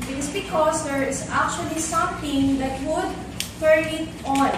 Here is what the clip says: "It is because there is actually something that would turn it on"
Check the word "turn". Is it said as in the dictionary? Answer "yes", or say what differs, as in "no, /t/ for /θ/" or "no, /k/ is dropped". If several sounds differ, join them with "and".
no, /n/ is dropped